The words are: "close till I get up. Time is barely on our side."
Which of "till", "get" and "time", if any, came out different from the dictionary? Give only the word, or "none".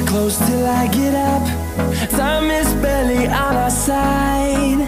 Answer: time